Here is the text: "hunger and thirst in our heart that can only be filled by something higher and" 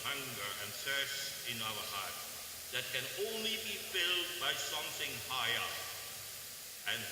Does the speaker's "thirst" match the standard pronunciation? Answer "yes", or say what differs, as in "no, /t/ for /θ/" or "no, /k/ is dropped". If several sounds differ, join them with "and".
no, /t/ is dropped